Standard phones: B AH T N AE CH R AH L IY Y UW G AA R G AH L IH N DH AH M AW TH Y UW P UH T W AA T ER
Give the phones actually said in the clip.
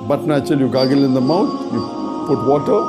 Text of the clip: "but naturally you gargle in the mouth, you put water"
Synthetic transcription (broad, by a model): B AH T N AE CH AH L Y UW G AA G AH L IH N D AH M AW T Y UW P UH T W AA T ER